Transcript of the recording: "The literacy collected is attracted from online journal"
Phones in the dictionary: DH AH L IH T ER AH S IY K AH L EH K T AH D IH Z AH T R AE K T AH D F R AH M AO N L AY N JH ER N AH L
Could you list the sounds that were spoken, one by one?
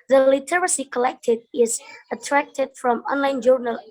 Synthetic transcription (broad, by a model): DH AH L IH T ER AH S IY K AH L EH K T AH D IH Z AH T R AE K T AH D F R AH M AO N L AY N JH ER N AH L